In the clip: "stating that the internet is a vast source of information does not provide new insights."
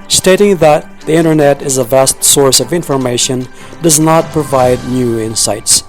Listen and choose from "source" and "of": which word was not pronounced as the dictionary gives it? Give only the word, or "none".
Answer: none